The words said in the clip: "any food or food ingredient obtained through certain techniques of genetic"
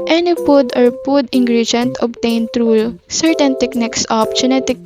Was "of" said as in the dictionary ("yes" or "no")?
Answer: no